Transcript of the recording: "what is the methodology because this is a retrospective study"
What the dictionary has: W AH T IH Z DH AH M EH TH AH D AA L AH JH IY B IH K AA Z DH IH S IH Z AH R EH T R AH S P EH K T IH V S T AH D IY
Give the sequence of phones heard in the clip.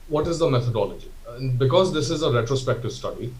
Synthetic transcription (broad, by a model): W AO T IH Z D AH M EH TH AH D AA L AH JH IY B IH K AA Z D IH S IH Z AH R EH T R AH S P EH K T IH V S T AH D IY